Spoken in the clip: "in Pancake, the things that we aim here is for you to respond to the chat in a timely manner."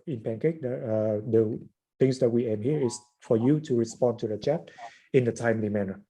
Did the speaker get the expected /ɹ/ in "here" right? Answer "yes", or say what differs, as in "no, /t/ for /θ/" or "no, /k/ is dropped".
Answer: yes